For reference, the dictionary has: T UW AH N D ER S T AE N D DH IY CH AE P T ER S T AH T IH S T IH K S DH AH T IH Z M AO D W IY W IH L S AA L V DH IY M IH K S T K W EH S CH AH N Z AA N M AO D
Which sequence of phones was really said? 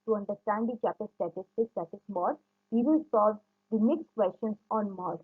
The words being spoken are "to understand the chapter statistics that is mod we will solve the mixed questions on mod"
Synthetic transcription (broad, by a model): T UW AH N D ER S T AE N D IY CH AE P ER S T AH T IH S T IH S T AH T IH S M AO D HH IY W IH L S AA L V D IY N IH K S T K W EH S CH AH N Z AA N M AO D